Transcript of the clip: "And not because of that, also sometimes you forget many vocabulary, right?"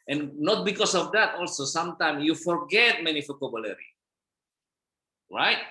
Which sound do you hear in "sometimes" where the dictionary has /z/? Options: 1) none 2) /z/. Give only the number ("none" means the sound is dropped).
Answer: 1